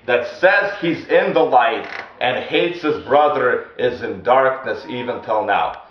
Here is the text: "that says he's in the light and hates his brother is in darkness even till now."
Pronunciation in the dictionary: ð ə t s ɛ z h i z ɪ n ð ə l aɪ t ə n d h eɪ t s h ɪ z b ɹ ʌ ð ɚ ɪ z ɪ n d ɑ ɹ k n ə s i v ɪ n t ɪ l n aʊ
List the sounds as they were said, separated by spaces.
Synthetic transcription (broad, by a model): ð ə t s ɛ z h i z ɪ n ð ə l aɪ t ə n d h eɪ t s h ɪ z b ɹ ʌ ð ɚ ɪ z ɪ n d ɑ ɹ k n ə s i v ɪ n t ɪ l n aʊ